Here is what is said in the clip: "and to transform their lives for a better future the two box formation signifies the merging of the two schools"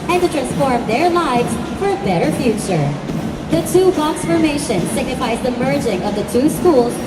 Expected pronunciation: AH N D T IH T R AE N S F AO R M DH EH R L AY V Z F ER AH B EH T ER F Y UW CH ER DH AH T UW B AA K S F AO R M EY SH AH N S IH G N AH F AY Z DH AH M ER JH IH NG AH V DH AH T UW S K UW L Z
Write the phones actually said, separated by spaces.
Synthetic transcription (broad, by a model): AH N T IH T R AE N S F AO R M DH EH R L AY V Z F ER AH B EH T ER F Y UW CH ER DH AH T UW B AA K S F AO R M EY SH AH N S IH G N AH F AY Z DH AH M ER JH IH NG AH V DH AH T UW S K UW L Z